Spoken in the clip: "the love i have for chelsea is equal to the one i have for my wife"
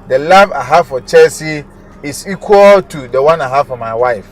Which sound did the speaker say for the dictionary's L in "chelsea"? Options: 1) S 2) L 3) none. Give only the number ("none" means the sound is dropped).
3